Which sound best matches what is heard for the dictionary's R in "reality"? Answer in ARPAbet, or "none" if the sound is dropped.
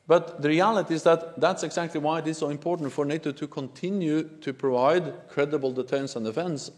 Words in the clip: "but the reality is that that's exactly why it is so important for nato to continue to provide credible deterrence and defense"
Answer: R